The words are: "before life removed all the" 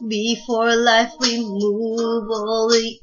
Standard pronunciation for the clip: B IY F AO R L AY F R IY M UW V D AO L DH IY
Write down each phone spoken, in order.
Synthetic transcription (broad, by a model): B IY F AO R L AY F W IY M UW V AO L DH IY